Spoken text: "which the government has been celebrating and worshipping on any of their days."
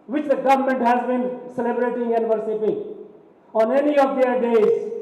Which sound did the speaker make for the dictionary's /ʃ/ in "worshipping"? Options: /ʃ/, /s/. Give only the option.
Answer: /s/